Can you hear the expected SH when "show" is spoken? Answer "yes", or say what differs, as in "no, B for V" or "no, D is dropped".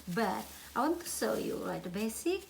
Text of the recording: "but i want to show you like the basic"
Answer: no, S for SH